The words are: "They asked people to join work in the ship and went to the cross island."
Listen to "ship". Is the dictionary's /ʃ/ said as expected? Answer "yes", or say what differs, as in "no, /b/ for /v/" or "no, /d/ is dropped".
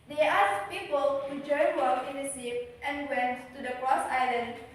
no, /s/ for /ʃ/